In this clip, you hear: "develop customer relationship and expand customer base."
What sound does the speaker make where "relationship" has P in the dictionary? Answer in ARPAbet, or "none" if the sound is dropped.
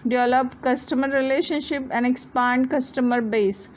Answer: P